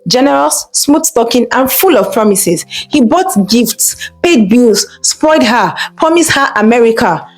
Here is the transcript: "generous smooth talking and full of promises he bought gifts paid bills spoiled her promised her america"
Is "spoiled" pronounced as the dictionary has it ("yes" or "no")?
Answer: no